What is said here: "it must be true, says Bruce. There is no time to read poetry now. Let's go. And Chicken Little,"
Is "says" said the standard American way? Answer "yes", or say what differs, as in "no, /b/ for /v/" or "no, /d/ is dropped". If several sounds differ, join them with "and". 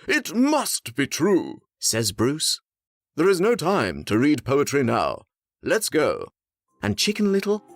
yes